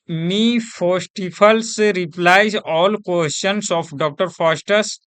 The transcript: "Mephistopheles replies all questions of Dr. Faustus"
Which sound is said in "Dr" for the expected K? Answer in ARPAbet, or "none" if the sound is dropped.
K